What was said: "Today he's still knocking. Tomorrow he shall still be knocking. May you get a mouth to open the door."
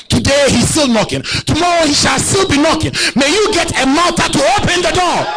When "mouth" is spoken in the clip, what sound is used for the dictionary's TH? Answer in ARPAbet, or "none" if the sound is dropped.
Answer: T